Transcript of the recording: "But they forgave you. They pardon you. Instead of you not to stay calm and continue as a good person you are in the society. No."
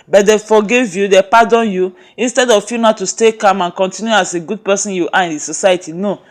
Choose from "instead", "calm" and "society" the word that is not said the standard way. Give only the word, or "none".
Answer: none